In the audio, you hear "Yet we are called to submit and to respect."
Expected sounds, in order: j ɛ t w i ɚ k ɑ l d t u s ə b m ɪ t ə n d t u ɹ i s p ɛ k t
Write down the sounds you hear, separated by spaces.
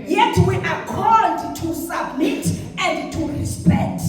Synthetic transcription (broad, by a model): j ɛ t w i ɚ k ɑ d t u s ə b m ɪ t ə n d t u ɹ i s p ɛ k t